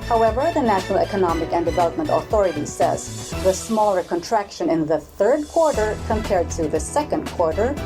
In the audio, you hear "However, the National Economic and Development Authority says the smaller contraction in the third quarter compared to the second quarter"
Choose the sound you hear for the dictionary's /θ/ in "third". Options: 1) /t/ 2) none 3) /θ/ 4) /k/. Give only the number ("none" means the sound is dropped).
3